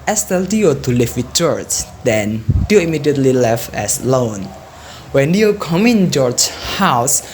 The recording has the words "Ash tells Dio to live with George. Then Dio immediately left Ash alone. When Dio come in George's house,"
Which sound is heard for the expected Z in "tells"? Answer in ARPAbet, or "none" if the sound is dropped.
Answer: none